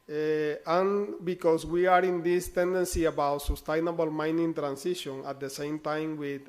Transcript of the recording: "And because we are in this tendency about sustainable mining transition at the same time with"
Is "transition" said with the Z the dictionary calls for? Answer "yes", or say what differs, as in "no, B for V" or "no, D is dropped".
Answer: no, S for Z